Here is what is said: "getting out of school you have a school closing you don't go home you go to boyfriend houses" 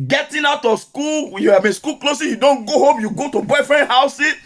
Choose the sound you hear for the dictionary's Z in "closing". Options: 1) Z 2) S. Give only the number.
2